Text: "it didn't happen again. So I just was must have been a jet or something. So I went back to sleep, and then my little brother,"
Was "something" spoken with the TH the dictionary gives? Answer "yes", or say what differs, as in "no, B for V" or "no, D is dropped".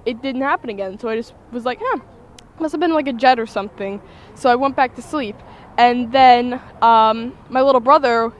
yes